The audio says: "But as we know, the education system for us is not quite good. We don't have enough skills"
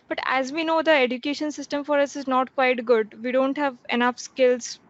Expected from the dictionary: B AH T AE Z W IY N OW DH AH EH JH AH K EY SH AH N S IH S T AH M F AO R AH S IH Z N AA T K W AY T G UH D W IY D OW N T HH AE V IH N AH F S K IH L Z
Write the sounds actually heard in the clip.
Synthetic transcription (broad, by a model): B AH T AE Z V IY N OW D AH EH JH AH K EY SH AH N S IH S T AH M F AO R AH S IH Z N AA T K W AY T G UH D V IY D OW N T HH AE V IH N AH F S K IH L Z